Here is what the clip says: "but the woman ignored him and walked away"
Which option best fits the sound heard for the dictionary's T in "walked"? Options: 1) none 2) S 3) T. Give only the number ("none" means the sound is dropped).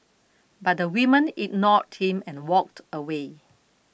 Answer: 3